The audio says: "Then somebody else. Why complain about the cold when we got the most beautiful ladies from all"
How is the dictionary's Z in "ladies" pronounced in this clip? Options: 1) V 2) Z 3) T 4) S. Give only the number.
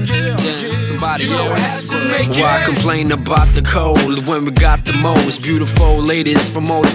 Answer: 4